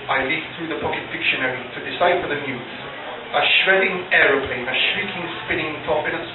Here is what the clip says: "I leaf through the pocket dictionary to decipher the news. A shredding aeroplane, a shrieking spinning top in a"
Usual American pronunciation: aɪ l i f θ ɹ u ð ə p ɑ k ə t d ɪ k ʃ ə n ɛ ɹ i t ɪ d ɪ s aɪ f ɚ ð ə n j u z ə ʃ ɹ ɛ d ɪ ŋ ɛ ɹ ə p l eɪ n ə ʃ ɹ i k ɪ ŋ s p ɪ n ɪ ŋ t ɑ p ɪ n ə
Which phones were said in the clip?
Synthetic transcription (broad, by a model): aɪ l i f θ ɹ u ð ə p ɑ k ə t d ɪ k ʃ ə n ɛ ɹ i t ɪ d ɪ s aɪ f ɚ ð ə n j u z ə ʃ ɹ ɛ d ɪ ŋ ɛ ɹ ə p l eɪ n ə ʃ ɹ i k ɪ ŋ s p ɪ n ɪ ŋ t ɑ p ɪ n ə